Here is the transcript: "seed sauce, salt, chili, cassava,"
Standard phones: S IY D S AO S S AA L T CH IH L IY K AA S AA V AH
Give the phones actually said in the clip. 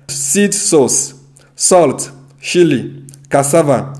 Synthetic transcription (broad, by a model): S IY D S AO S S AA L T SH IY L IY K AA S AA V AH